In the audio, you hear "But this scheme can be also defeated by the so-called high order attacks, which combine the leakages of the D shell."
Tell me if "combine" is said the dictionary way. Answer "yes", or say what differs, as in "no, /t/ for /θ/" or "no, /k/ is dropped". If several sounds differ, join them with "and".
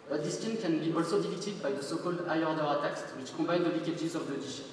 no, /m/ is dropped